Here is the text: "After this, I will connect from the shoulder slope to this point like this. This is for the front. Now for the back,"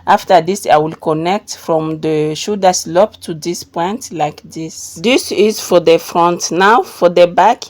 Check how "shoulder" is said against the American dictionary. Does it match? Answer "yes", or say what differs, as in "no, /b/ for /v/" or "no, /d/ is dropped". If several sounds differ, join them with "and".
no, /l/ is dropped